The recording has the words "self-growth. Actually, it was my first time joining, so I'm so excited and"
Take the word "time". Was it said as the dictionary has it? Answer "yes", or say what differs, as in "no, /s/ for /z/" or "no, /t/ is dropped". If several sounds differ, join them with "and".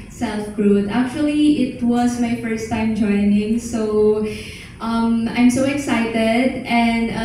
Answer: yes